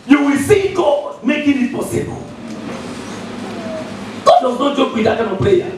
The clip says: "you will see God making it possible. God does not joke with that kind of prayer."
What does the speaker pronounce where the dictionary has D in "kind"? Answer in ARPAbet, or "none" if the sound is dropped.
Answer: none